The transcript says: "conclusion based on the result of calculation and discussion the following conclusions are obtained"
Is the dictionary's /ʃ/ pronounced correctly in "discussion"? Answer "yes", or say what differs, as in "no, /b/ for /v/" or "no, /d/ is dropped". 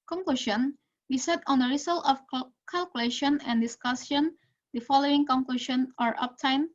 no, /s/ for /ʃ/